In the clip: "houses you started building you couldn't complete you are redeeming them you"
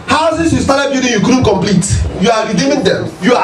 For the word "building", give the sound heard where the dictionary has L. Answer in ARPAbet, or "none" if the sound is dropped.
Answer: none